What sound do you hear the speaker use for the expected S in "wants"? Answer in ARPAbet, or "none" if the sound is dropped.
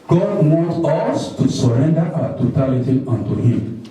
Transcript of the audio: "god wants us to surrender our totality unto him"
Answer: none